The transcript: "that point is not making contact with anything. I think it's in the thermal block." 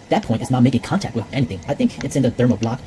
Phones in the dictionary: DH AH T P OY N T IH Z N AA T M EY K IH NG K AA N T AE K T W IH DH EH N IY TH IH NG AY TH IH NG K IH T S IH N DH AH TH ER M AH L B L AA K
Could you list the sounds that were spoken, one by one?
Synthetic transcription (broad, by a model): DH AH T P OY N T IH Z N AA T M EY K IH NG K AA N T AE K T W IH DH EH N IY TH IH NG AY TH IH NG K IH T S IH N DH AH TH ER M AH B L AA K